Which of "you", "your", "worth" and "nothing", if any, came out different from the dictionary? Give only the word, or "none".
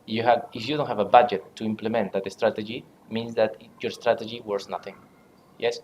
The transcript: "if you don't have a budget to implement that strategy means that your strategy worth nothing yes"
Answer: worth